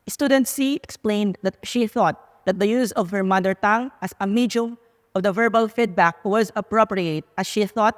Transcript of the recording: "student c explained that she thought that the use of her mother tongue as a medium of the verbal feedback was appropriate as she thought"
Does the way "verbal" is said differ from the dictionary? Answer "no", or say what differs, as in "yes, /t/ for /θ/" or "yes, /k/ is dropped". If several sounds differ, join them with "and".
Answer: no